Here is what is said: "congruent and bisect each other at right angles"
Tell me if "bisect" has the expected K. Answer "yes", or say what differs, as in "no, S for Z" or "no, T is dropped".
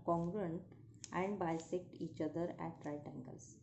yes